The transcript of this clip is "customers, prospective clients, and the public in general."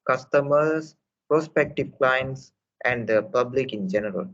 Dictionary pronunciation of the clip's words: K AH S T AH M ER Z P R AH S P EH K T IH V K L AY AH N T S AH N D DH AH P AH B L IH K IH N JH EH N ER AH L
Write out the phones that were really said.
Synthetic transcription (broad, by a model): K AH S T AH M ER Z P R AH S P EH K T IH V K L AY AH N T S AH N D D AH P AH B L IH K IH N JH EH N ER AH L